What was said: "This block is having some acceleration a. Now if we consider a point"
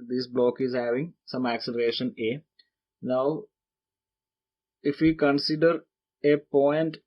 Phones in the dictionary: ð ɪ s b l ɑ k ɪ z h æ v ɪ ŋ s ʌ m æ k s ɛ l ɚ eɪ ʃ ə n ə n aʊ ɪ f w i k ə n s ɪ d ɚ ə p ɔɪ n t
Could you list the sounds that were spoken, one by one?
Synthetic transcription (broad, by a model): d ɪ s b l ɑ k ɪ z h æ v ɪ ŋ s ʌ m æ k s ɛ l ɚ eɪ ʃ ə n ə n aʊ ɪ f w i k ə n s ɪ d ɚ ə p ɔɪ n t